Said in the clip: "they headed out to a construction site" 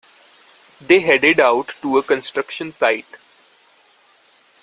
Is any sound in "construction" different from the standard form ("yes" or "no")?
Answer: no